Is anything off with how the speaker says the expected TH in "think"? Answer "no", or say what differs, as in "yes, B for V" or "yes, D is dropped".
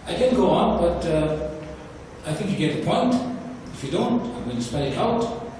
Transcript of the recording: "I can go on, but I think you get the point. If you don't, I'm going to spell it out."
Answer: no